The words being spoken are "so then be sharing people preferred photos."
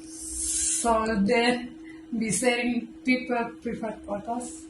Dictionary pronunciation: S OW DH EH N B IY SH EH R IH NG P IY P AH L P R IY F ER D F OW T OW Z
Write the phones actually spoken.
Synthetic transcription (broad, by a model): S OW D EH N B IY S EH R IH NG P IY P AH L P R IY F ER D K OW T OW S